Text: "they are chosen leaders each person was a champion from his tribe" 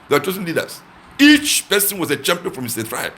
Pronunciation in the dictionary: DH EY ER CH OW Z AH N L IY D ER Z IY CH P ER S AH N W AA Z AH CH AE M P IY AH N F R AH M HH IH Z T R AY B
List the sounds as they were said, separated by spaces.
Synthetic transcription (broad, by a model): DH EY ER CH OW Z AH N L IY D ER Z IY CH P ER S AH N W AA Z AH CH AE M P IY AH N F R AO M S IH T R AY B